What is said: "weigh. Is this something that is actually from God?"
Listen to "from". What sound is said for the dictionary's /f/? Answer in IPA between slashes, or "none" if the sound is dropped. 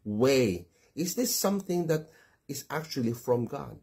/f/